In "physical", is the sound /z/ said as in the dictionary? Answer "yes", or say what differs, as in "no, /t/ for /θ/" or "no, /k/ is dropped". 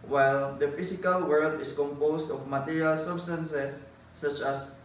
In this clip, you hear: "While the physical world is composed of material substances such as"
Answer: no, /s/ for /z/